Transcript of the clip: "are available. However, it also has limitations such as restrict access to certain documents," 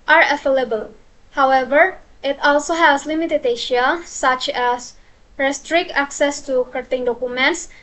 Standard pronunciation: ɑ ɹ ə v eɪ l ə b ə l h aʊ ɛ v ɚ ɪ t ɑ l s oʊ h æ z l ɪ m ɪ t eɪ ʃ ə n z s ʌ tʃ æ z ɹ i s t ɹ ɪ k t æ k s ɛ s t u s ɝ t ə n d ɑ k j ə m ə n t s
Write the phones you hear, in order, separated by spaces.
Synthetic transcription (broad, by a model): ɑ ɹ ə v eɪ l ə b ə l h aʊ ɛ v ɚ ɪ t ɑ l s oʊ h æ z l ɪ m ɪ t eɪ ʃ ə s ʌ tʃ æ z ɹ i s t ɹ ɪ k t æ k s ɛ s t u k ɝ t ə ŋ d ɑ k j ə m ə n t s